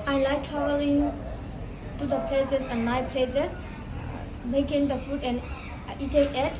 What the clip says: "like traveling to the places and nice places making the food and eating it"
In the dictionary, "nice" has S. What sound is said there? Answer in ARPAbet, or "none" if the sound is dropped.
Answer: none